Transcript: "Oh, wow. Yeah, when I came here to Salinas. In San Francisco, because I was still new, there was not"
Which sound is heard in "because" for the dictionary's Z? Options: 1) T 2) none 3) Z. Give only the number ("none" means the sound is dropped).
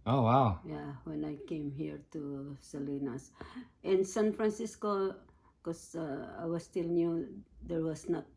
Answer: 2